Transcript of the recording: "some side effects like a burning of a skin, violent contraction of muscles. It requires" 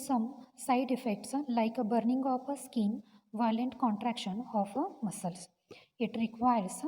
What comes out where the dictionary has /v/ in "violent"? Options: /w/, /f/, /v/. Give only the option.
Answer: /v/